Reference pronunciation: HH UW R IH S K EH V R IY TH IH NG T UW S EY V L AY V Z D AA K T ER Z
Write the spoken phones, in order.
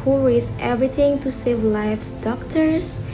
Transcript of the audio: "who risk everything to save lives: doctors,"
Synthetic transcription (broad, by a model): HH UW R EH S EH V R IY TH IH NG T UW S EY V L AY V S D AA K T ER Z